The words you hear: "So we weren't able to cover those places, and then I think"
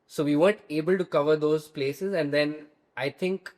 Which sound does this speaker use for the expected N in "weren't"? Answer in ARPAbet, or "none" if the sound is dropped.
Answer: none